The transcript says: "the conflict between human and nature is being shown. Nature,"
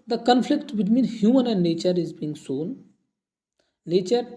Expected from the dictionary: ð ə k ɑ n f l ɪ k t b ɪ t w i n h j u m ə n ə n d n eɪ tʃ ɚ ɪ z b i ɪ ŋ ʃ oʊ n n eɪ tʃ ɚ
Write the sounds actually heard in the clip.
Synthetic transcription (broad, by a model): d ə k ɑ n f l ɪ k t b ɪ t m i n h j u m ə n ə n d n eɪ tʃ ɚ ɪ z b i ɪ ŋ s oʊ n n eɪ tʃ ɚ